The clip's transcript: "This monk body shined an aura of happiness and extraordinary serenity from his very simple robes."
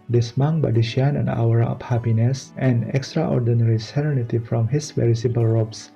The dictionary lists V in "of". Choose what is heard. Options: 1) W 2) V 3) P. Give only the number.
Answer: 3